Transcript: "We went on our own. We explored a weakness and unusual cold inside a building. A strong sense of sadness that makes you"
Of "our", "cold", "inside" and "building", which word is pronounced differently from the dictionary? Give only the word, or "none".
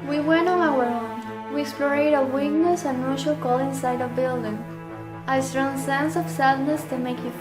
cold